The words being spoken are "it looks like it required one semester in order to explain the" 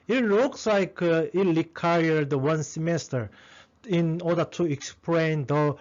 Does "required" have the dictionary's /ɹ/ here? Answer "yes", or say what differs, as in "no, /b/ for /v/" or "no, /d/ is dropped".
no, /l/ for /ɹ/